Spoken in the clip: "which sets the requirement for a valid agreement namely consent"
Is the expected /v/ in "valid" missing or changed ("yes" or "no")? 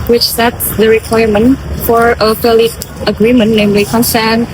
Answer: yes